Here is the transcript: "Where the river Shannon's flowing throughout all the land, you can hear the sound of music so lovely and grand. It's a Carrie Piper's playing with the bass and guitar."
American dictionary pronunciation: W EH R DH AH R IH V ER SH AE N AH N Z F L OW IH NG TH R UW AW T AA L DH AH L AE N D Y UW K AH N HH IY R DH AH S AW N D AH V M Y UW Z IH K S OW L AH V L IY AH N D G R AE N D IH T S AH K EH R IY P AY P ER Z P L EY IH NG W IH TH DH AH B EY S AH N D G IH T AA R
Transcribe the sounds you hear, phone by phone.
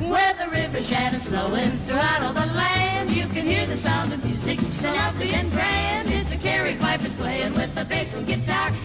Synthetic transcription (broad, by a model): W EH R DH AH R IH V ER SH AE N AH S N OW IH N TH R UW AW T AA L DH AH L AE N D Y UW K AH N HH IY R DH AH S AW N D AH V M Y UW Z IH K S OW N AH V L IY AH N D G R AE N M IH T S AH K EH R IY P AY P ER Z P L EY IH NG W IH DH AH B EY S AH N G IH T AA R